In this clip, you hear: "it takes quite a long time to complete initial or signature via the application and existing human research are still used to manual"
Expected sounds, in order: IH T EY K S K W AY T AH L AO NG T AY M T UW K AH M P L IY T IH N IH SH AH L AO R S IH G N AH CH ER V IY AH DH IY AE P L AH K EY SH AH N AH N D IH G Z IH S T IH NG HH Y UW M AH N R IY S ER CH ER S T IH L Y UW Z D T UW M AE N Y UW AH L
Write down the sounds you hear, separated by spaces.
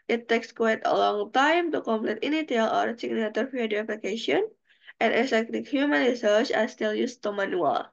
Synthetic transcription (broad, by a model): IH T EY K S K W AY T AH L AO NG T AY M T UW K AH M P L IY T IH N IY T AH L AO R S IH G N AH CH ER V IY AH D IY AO P L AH K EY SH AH AH N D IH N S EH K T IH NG HH Y UW M AH N R IY S ER CH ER S T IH L Y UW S T UW M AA N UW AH L